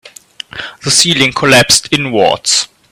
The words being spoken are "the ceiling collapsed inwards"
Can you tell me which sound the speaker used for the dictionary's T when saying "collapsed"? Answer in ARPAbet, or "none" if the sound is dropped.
T